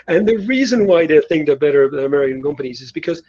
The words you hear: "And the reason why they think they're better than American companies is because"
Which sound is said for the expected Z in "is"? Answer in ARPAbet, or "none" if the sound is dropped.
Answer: Z